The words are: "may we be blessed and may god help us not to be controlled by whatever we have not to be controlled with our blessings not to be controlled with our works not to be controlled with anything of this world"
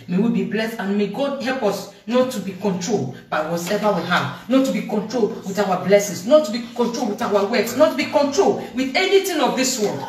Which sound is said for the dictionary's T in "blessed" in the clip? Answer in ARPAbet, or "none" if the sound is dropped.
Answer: T